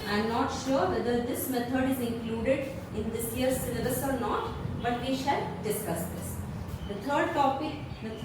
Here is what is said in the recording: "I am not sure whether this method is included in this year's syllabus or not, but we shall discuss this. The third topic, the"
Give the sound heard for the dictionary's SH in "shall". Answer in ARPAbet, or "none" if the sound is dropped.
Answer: SH